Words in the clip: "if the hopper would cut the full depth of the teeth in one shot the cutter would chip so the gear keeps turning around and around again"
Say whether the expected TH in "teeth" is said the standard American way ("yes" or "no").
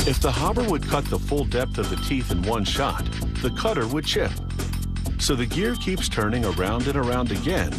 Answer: yes